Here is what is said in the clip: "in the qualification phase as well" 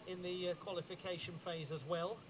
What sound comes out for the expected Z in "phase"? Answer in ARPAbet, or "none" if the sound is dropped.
Z